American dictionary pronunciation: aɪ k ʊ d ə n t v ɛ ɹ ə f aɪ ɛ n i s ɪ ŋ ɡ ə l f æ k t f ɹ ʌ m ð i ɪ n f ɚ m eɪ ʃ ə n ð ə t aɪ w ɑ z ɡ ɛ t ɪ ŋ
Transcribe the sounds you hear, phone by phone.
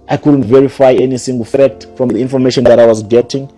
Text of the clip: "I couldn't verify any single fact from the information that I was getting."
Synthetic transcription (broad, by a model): aɪ k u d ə n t v ɛ ɹ ə f aɪ ɛ n i s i ŋ ɡ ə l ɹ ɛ t f ɹ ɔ m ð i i n f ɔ m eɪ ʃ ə n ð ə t aɪ w ɑ z ɡ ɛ t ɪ ŋ